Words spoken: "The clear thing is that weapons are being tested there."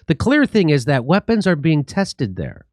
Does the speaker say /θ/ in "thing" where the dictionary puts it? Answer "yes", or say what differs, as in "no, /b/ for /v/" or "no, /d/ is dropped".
yes